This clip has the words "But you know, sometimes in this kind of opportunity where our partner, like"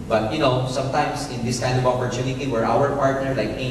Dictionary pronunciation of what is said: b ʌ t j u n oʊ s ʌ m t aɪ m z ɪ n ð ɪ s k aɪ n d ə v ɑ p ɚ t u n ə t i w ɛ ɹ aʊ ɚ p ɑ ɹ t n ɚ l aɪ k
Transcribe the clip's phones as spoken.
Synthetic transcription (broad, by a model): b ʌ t j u n oʊ s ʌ m t aɪ m s ɪ n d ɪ s k aɪ n d ə v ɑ p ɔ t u n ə t i w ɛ ɹ aʊ ɚ p ɑ ɹ t n ɚ l aɪ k